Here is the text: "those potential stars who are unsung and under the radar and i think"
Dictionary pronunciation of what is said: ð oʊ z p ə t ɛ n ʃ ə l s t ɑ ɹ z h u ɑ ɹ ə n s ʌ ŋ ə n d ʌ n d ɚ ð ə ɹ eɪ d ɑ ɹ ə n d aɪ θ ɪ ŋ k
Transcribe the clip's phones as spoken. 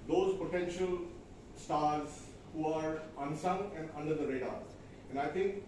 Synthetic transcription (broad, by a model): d oʊ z p ə t ɛ n ʃ ə l s t ɑ ɹ z h u ɑ ɹ ə n s ʌ ŋ ə n d ʌ n d ɚ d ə ɹ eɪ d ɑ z ə n d aɪ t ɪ ŋ k